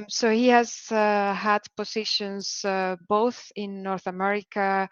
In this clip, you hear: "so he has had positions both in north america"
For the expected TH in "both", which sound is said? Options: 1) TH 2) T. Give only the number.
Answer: 1